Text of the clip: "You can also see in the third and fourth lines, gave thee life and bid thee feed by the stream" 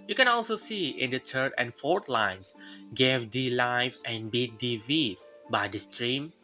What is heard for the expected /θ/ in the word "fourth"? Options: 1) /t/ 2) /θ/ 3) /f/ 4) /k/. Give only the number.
1